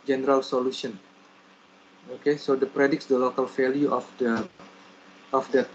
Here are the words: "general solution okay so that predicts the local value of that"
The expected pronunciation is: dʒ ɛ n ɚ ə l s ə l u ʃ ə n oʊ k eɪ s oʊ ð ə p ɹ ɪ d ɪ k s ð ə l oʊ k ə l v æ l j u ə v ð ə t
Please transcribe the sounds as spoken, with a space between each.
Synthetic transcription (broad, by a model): dʒ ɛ n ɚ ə l s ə l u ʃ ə n oʊ k eɪ s oʊ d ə p ɹ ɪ d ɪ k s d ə l oʊ k ə l f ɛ l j u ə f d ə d